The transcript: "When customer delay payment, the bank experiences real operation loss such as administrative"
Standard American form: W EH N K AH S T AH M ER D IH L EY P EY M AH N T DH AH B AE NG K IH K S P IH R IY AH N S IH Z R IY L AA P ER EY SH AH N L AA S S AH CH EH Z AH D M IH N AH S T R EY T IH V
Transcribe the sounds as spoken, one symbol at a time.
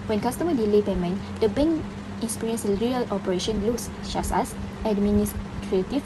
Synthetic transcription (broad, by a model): W EH N K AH S T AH M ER D IH L EY B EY M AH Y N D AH B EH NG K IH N S P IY R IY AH N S R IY L AA P ER EY SH AH N L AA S SH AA S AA S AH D M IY N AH S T R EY T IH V